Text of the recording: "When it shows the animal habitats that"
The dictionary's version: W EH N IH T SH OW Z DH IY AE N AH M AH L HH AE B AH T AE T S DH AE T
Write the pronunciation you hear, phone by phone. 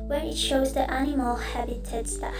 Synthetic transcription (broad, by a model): W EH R IH T SH OW Z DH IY AE N AH M AH L HH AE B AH T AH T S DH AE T